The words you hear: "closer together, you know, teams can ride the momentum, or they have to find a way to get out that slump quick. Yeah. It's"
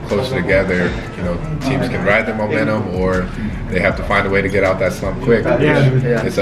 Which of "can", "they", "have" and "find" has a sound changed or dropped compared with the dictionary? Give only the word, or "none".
have